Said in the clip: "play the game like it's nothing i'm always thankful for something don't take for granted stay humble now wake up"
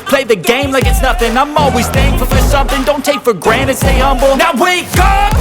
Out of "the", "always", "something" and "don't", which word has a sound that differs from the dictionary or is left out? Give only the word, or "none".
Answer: none